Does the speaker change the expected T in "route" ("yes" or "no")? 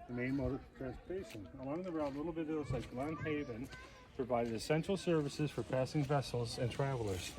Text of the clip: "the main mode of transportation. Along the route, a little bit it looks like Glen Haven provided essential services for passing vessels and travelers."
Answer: yes